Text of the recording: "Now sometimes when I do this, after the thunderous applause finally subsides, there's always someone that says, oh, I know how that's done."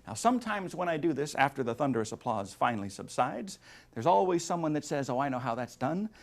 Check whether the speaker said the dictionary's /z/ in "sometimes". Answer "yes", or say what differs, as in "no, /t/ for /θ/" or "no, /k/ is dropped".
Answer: yes